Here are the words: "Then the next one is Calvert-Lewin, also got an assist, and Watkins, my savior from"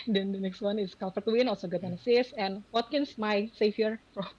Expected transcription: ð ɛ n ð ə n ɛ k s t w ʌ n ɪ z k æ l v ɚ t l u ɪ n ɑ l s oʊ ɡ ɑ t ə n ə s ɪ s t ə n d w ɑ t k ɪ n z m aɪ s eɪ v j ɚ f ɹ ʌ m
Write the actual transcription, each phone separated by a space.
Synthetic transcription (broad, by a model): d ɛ n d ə n ɛ k s t w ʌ n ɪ s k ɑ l f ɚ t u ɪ n ɑ l s oʊ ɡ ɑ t ə n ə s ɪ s ə n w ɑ t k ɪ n s m aɪ s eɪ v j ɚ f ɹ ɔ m